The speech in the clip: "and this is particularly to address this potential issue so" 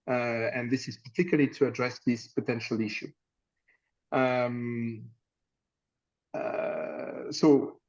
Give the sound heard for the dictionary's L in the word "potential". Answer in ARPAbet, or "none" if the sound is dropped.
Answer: L